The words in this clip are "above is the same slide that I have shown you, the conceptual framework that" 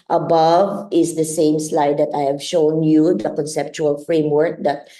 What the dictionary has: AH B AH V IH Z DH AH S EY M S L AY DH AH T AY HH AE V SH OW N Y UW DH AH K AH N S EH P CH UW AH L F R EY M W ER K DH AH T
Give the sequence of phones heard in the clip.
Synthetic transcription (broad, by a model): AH B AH V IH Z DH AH S EY M S L AY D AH T AY HH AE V SH OW N Y UW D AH K AH N S EH P CH UW AH L F R EY M W ER K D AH T